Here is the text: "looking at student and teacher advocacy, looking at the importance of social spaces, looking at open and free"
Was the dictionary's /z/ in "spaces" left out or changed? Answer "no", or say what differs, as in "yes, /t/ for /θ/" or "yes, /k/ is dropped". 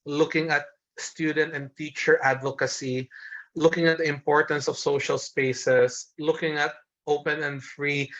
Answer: yes, /s/ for /z/